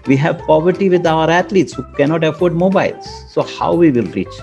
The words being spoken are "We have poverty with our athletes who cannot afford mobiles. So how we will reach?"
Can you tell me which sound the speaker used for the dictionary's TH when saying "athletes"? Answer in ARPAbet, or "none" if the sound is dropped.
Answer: T